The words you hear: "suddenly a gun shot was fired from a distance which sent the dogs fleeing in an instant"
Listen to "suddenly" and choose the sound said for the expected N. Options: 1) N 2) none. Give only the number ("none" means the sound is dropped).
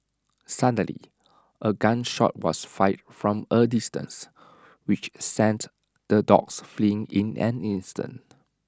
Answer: 2